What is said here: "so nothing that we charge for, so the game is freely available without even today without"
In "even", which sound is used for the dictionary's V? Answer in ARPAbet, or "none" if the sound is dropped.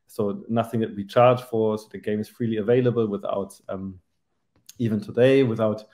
V